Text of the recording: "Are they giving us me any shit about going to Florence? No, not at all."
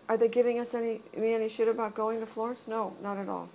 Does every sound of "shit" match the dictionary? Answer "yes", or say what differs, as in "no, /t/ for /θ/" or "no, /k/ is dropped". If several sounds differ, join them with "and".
yes